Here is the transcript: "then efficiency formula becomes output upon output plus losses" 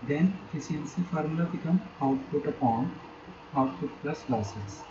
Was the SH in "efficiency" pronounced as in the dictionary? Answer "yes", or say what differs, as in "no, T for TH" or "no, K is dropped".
no, S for SH